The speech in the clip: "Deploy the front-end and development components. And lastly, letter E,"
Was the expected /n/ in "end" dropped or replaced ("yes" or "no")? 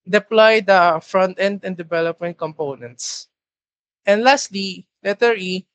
no